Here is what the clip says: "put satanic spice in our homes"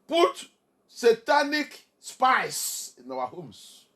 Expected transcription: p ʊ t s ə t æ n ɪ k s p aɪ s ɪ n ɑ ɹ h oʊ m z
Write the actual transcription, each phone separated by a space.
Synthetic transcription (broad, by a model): p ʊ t s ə t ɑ n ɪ k s p aɪ s ɪ n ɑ w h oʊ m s